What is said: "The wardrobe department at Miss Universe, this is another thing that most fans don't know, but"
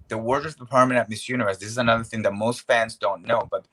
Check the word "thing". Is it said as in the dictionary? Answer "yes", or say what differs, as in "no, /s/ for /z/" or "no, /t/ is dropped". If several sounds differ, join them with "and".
yes